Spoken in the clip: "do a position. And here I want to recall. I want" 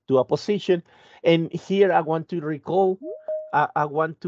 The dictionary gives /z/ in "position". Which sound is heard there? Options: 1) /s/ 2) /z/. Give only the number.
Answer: 1